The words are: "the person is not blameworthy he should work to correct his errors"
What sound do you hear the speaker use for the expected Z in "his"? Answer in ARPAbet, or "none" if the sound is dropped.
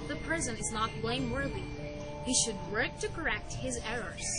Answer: Z